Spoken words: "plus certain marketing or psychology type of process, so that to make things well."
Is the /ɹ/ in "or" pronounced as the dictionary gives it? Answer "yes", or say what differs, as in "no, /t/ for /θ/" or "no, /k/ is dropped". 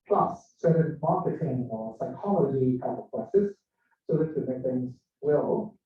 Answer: no, /l/ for /ɹ/